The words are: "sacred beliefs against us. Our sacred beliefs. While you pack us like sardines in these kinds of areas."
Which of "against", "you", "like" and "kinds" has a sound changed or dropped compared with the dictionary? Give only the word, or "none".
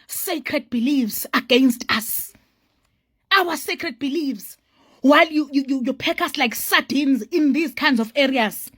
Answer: none